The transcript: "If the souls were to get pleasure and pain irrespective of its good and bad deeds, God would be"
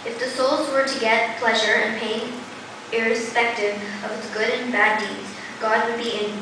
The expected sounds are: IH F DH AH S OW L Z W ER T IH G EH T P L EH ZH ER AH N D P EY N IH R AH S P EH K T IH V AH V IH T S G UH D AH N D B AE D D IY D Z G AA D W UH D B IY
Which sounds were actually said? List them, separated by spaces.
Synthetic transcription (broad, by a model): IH F DH AH S OW L Z W ER T IH G EH T P L EH ZH ER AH N P EY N IH R AH S P EH K T IH V AH V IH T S G UH D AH N B AE D D IY D Z G AA D W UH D B IY